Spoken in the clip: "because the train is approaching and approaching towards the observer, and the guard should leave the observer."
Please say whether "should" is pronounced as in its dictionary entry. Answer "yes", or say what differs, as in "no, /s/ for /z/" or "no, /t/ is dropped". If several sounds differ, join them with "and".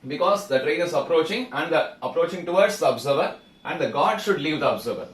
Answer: yes